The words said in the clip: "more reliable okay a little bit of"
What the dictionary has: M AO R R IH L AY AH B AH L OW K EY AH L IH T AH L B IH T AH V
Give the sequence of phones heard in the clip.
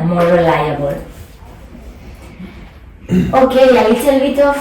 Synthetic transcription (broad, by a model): M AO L R IH L AY AH B AH L OW K EY AH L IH S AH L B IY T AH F